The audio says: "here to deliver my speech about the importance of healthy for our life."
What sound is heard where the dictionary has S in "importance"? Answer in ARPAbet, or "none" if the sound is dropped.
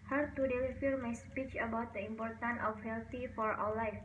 none